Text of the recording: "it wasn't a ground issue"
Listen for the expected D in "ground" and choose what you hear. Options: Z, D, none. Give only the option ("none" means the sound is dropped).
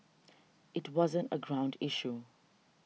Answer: D